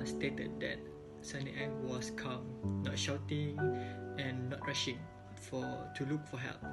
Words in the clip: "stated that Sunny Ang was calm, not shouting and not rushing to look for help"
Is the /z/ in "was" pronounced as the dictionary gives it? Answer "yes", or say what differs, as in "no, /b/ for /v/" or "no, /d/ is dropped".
no, /s/ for /z/